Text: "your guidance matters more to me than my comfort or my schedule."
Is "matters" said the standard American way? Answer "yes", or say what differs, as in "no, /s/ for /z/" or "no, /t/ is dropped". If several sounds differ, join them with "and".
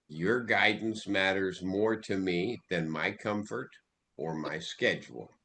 yes